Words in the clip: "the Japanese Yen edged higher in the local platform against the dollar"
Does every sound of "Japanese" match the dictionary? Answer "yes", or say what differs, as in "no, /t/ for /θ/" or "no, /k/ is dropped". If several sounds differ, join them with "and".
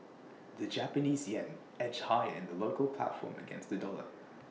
yes